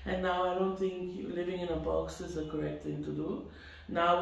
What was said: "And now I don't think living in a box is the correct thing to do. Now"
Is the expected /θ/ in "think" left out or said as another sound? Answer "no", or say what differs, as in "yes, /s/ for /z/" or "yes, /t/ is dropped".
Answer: yes, /t/ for /θ/